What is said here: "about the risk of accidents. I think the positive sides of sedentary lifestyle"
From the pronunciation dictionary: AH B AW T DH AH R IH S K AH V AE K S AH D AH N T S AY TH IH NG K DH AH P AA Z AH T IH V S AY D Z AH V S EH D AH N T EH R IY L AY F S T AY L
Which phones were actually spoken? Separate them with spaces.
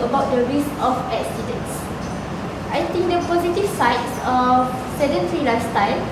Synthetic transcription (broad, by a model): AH B AW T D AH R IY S AH F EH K S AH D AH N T S AY T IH NG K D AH P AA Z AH T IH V S AY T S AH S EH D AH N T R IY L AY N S T AY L